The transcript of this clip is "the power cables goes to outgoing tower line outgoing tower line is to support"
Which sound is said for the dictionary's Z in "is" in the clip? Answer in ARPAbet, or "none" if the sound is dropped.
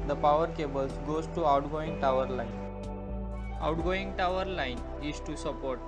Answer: S